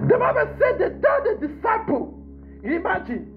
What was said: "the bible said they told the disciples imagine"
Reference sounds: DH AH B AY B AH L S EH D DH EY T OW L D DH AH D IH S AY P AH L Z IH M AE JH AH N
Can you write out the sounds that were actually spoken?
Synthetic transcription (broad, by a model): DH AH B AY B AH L S EH D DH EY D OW D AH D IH S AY P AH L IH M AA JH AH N